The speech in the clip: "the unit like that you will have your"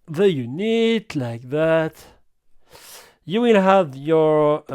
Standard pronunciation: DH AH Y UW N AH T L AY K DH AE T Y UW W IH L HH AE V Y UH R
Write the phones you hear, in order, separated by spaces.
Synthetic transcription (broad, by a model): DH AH Y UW N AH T L AY K DH AE T Y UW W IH N HH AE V Y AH R